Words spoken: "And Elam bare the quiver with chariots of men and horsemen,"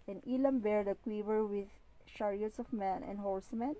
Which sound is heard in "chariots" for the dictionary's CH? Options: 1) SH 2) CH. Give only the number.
1